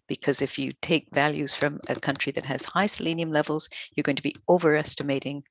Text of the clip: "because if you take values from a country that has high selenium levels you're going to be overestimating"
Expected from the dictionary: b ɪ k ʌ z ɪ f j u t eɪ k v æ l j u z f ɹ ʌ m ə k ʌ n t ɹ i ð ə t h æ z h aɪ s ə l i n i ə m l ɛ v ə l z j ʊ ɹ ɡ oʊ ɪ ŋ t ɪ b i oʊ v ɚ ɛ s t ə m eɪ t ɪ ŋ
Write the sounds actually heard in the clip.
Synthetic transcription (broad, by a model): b ɪ k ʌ z ɪ f j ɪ t eɪ k v æ l j u z f ɹ ʌ m ə k ʌ n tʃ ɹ i ð ə t h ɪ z h aɪ s ə l i n i ə m l ɛ v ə l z j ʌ ɹ ɡ oʊ ɪ ŋ t ɪ b i oʊ v ɚ ɛ s t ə m eɪ t ɪ ŋ